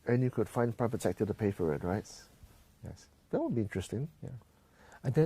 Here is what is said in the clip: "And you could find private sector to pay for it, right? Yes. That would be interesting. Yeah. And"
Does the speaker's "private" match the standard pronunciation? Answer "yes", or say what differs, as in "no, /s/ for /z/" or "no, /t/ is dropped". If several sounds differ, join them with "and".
no, /p/ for /v/